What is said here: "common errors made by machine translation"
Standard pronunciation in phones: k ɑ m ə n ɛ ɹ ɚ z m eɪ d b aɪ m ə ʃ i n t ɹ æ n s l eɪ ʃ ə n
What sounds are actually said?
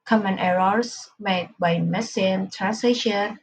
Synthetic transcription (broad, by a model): k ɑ m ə n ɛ ɹ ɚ s m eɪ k b aɪ m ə s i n t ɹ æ n s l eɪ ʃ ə n